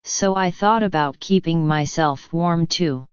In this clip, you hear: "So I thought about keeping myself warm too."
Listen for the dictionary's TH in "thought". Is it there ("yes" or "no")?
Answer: yes